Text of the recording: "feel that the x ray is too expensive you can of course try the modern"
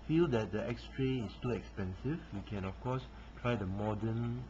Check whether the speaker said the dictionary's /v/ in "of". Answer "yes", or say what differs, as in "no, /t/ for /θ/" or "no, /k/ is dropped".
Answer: no, /f/ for /v/